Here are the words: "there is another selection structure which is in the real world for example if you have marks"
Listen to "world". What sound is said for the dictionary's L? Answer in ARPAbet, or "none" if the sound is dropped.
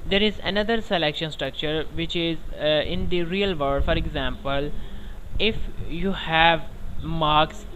none